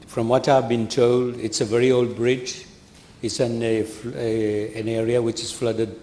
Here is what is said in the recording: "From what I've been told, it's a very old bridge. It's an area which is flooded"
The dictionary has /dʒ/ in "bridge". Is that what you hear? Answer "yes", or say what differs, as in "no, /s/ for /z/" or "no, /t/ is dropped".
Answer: yes